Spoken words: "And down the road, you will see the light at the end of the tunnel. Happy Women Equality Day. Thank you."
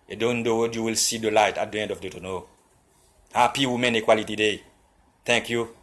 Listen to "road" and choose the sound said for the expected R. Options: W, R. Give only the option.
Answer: W